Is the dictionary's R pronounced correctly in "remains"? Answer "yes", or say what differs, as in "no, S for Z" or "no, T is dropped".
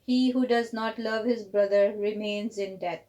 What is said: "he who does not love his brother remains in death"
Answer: yes